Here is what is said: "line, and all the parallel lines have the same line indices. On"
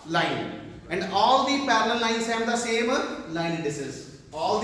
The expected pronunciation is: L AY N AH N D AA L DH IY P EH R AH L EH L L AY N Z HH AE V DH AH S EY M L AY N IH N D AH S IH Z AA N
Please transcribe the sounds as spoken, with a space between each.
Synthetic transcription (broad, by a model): L AY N AH N D AA L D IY P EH R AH L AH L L AY N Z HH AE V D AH S EY M L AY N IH D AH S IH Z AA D